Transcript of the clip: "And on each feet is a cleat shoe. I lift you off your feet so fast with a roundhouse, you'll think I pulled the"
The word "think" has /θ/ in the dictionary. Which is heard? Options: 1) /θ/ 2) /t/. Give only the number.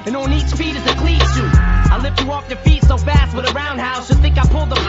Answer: 1